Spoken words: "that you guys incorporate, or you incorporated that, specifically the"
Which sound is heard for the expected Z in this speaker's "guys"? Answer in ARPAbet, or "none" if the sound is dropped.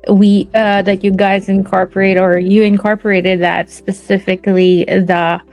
Z